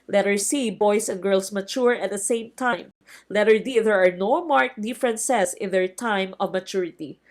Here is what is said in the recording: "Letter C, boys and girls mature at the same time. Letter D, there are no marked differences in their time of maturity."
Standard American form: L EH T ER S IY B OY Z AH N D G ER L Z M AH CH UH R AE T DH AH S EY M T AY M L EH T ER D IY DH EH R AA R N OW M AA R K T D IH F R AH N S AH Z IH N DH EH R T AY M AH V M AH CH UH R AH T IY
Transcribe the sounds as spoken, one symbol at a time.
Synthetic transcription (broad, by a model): L EH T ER S IY B OY S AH N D G ER L S M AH CH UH R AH T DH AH S EY M T AY M L EH T ER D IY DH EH R AA R N OW M AA R K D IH F R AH N S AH S IH N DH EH R T AY M AH V M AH CH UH R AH T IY